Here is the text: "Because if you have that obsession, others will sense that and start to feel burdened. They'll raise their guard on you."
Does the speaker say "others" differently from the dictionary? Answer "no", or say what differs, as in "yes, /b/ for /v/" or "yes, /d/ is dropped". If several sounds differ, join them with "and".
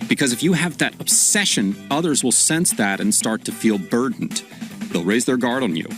no